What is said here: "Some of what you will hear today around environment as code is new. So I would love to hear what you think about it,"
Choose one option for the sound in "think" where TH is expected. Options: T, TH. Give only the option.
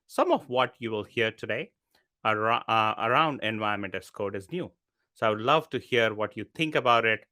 T